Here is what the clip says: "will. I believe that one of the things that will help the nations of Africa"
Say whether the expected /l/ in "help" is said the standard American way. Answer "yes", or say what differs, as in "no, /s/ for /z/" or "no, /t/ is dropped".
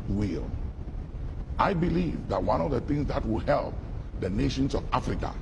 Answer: yes